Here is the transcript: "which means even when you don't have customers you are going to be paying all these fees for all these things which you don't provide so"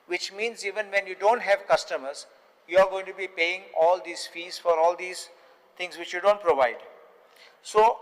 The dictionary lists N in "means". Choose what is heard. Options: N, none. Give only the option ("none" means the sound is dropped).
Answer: N